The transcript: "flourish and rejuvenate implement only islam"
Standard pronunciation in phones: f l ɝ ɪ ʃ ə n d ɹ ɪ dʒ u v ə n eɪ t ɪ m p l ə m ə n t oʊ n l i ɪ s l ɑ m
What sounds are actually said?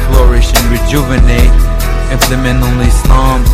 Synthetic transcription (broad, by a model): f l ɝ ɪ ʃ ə n ɹ ɪ dʒ u v ə n eɪ t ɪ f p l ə m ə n oʊ n l i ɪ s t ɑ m